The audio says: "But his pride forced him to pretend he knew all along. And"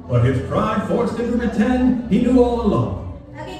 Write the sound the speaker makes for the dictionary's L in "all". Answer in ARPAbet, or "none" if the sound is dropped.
L